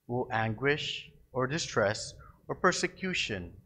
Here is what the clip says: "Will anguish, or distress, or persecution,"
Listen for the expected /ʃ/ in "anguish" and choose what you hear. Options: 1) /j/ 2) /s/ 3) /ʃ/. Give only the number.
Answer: 3